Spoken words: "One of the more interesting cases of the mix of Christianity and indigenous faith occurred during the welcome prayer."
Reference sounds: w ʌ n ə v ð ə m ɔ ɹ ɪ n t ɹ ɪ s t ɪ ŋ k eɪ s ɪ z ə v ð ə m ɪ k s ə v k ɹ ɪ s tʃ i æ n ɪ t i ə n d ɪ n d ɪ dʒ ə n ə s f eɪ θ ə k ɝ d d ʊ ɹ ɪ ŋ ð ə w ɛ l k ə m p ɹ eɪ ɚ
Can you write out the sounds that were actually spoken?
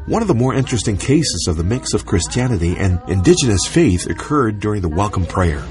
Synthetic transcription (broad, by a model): w ʌ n ə v ð ə m ɔ ɹ ɪ n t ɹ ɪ s t ɪ ŋ k eɪ s ɪ z ə v ð ə m ɪ k s ə v k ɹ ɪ s tʃ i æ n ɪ t i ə n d ɪ n d ɪ dʒ ə n ə s f eɪ θ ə k ɝ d d ʊ ɹ ɪ ŋ ð ə w ɛ l k ə m p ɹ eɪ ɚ